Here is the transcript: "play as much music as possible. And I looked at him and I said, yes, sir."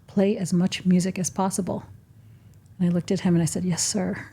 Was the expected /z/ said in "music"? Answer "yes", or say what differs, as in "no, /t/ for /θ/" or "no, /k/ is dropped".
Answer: yes